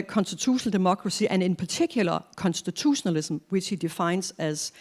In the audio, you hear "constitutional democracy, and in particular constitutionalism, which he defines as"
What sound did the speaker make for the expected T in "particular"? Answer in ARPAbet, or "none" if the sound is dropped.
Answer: S